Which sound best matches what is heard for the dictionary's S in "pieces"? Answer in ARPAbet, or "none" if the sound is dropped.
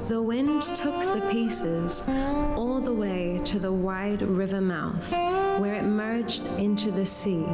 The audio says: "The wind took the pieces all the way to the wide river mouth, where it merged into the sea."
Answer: S